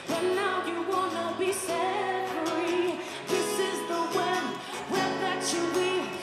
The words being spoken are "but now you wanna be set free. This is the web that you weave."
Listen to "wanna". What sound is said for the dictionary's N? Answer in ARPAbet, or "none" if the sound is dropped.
N